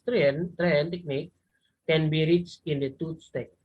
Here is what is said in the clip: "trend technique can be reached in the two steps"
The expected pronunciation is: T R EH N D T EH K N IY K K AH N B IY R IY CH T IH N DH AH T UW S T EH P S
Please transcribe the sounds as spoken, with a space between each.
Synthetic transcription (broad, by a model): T R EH N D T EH K N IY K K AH N B IY R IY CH IH N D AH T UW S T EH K